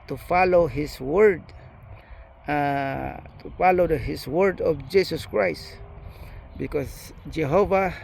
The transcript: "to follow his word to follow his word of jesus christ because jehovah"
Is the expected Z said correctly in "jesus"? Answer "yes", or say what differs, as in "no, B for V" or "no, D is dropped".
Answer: no, S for Z